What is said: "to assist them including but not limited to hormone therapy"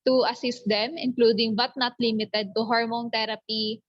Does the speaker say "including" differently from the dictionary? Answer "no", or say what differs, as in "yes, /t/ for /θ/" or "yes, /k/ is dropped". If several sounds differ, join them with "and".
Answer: no